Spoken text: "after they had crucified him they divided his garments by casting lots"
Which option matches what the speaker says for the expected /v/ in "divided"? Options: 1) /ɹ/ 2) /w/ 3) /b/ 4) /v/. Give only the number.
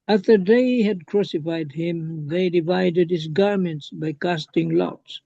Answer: 4